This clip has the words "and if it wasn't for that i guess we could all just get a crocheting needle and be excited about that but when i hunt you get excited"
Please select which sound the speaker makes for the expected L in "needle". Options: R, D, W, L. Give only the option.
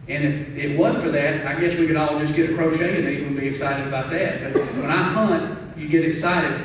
W